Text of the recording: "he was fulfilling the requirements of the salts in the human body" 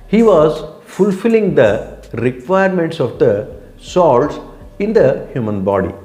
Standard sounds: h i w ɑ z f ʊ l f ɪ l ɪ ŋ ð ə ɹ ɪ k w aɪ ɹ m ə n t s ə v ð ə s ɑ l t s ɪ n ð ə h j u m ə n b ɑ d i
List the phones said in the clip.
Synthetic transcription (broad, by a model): h i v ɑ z f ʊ l f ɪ l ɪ ŋ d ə ɹ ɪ k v aɪ ɹ m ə n t s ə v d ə s ɑ l t s ɪ n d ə h j u m ə n b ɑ d i